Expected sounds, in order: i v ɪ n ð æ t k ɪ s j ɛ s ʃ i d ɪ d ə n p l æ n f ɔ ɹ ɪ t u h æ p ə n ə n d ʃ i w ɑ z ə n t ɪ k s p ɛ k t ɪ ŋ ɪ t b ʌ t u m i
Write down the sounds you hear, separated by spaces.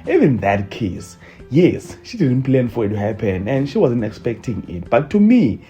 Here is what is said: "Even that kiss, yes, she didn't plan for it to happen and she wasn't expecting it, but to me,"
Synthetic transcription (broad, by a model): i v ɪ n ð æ t k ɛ s j ɛ s ʃ i d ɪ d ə n p l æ n f ɔ ɹ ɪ t u h æ p ə n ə n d ʃ i w ɑ z ə n t ɪ k s p ɛ k t ɪ ŋ ɪ t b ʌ t u m i